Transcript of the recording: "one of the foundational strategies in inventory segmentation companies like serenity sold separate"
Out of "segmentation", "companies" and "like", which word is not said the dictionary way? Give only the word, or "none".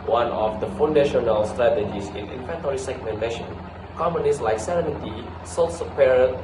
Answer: companies